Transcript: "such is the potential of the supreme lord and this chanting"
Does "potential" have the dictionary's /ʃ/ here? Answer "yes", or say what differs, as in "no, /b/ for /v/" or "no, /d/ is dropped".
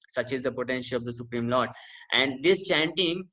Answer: yes